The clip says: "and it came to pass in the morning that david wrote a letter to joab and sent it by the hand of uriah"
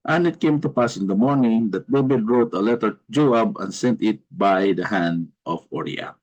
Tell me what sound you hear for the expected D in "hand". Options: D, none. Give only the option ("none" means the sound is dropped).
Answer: D